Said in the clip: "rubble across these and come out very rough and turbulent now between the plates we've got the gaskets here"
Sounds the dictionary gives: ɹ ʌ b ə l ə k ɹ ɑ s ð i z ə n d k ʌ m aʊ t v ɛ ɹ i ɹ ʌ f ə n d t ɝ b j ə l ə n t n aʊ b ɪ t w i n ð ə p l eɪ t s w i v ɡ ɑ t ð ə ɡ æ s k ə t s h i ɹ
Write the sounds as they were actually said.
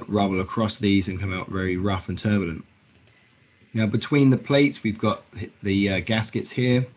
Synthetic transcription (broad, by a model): ɹ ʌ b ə l ə k ɹ ɑ s ð i z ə n k ʌ m aʊ t v ɛ ɹ i ɹ ʌ f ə n t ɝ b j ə l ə n t n aʊ b ɪ t w i n ð ə p l eɪ t s w i v ɡ ɑ t ð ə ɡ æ s k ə t s h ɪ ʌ